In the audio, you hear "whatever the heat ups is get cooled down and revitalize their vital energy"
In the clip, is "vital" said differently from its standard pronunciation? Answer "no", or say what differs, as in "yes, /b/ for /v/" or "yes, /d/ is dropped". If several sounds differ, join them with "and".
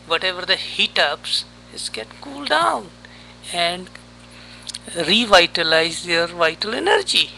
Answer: no